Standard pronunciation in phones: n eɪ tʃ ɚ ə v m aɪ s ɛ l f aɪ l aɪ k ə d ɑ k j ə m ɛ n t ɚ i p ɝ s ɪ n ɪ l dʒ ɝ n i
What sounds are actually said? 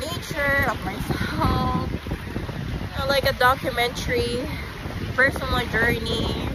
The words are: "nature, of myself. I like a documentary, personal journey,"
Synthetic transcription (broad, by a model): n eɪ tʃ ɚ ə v m aɪ s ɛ l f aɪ l aɪ k ə d ɑ k j ə m ɛ n t ɚ i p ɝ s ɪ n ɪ n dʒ ɝ n i